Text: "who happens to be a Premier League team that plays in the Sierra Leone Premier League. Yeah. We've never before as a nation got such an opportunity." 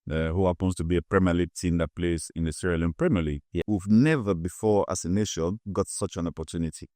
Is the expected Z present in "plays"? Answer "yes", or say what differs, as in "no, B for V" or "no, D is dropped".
no, S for Z